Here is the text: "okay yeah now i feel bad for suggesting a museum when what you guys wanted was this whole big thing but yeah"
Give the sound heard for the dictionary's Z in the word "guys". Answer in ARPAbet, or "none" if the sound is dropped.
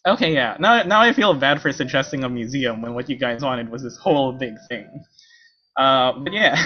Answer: Z